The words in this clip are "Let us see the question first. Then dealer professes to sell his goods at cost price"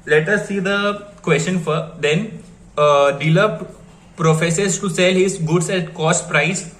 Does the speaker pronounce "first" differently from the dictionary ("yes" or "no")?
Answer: yes